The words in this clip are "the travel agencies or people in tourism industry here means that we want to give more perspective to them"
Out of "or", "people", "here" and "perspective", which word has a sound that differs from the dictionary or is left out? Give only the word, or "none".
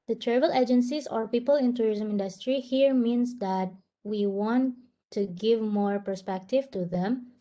none